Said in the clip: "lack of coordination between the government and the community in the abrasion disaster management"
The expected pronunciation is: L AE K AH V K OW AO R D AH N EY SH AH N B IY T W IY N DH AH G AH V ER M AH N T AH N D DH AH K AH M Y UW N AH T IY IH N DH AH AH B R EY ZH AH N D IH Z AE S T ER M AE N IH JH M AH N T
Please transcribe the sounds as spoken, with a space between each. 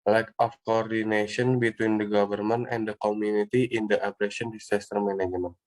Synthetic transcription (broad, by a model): L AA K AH F K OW AO R D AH N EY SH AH N B IY T W IY N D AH G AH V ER M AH N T AH N D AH K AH M Y UW N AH T IY IH N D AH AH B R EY SH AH N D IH S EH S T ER M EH N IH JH M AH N